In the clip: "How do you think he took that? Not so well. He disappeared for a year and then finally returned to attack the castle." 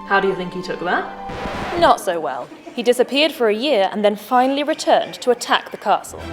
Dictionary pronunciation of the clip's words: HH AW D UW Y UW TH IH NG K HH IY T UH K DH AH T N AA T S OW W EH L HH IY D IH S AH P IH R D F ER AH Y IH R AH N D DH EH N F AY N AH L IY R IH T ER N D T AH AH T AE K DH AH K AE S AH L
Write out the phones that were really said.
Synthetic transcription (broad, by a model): HH AW D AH Y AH TH IH NG K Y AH T UH K DH AH T N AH T S OW W EH L HH IY D IH S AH P IH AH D F ER AH Y IH R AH N DH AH N F AY N AH L IY R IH T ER N T AH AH T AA K DH AH K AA S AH L